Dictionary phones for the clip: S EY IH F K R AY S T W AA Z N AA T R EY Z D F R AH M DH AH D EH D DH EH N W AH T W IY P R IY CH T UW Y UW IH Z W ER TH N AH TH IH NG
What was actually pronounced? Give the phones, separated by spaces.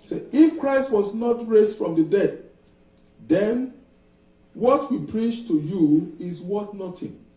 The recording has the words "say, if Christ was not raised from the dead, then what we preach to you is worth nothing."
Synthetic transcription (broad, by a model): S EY IH F K R AY S T W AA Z N AA T R EY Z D F R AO M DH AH D EH D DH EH N W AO T W IY P R IY CH T UW Y UW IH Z W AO T N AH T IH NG